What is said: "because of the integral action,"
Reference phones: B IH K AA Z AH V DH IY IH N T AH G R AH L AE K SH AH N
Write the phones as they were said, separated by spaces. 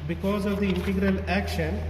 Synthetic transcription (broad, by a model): B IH K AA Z AH V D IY IH N T AH G R AH L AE K SH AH N